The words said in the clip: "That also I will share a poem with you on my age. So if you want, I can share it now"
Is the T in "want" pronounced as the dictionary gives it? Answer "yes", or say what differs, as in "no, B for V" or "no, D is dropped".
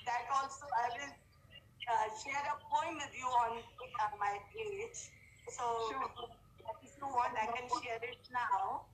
no, T is dropped